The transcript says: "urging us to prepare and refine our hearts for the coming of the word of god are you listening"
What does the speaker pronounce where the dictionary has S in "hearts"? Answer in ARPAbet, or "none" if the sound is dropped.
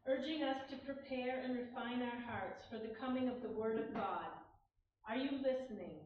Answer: S